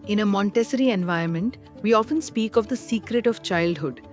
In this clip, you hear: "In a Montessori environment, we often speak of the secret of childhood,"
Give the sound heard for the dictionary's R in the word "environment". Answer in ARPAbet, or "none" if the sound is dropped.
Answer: none